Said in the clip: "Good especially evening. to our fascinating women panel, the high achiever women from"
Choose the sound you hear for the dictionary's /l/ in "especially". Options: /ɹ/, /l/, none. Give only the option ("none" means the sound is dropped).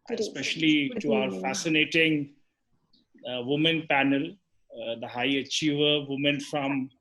none